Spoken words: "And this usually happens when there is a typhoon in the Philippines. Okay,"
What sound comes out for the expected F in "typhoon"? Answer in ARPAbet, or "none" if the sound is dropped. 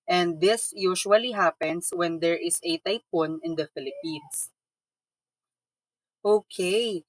P